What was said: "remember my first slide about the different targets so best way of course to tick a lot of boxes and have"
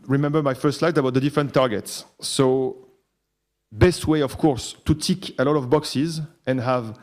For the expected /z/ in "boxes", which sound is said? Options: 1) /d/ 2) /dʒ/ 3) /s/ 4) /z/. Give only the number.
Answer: 4